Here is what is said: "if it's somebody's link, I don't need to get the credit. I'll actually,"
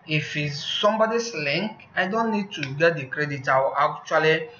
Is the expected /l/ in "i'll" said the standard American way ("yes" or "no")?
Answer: no